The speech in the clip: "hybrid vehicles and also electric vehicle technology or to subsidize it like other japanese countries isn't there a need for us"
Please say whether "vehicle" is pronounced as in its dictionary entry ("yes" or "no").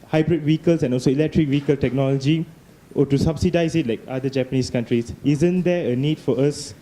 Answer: no